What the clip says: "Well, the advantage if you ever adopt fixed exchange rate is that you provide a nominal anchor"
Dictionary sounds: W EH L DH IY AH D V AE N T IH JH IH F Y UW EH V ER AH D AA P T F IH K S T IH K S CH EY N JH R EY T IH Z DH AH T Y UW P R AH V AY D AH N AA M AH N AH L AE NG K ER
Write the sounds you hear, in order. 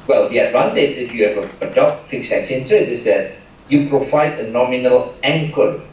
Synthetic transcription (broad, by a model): W EH L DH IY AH D V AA N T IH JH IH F Y UW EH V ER AH D AA P T F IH K S IH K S EY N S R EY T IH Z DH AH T Y UW P R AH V AY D AH N AA M AH N AH L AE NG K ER